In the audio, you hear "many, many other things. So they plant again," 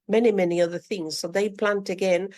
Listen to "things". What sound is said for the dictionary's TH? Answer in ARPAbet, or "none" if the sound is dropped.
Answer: TH